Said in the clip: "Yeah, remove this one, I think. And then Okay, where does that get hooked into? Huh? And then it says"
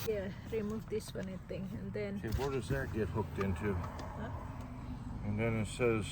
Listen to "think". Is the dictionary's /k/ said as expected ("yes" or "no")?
no